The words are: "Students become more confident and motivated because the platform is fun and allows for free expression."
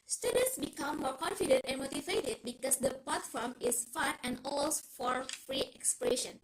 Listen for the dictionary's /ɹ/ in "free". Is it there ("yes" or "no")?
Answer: yes